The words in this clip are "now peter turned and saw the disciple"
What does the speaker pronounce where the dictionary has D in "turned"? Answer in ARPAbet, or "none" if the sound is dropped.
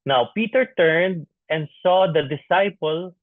D